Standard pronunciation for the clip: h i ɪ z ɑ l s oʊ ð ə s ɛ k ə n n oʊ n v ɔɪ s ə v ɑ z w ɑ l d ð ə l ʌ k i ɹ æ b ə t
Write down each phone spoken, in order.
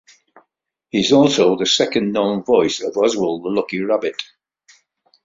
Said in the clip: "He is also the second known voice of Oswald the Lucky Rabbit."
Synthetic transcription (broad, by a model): h i ɪ z ɑ l s oʊ ð ə s ɛ k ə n n oʊ n v ɔɪ s ə v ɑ z w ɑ l ð ə l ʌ k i ɹ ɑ b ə t